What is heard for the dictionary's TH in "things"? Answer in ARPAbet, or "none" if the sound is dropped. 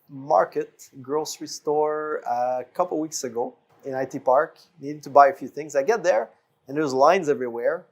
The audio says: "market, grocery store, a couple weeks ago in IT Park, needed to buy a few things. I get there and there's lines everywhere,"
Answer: TH